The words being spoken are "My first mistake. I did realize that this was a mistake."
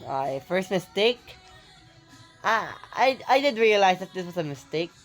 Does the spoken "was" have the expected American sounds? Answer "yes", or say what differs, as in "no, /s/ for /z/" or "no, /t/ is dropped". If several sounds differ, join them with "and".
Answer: no, /s/ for /z/